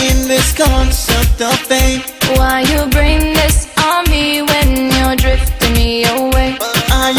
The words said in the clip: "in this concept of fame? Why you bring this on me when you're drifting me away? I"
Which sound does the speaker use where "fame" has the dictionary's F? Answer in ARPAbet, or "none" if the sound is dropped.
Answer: P